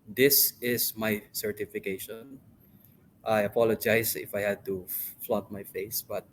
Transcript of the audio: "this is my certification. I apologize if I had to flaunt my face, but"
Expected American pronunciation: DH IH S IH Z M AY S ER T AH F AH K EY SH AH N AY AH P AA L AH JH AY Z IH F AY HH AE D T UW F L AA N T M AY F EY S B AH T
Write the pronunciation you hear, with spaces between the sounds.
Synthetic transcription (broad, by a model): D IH S IH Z M AY S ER T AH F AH K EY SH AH N AY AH P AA L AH JH AY S IH F AY HH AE D T UW F L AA T M AY F EY S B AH T